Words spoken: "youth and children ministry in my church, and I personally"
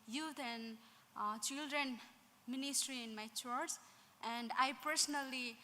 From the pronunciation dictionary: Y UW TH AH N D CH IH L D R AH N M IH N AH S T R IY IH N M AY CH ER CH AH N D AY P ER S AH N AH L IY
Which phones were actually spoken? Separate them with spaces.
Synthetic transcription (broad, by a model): Y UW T AH N D CH IH L D R AH N M IH N AH S T R IY IH N M AY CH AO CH AH N D AY P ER S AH N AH L IY